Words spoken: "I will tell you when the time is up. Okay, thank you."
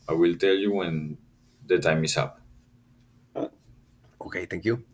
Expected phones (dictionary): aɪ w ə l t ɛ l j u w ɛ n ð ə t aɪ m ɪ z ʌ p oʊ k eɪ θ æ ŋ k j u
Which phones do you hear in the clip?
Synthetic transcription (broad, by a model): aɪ w ə l t ɛ l j u w ɛ n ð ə t aɪ m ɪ s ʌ p oʊ k eɪ t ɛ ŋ k j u